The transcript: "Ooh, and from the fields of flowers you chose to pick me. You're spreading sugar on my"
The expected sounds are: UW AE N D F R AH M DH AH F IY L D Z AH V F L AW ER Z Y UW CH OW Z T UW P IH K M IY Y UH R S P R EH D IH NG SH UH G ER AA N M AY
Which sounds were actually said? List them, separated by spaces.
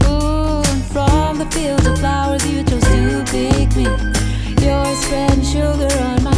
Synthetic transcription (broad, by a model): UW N F R AH M DH AH F IY L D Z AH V F L AW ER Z Y UW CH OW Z T UW B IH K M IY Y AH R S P R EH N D SH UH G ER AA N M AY